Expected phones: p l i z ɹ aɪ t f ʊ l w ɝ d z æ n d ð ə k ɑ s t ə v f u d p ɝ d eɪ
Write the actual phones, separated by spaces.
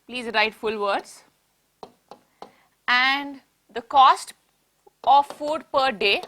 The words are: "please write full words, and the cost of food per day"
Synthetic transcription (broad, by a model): p l i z ɹ aɪ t f ʊ l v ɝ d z æ n d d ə k ɑ s t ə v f u d p ɝ d eɪ